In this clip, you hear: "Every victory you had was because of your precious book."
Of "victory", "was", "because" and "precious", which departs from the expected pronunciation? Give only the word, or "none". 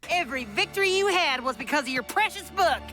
none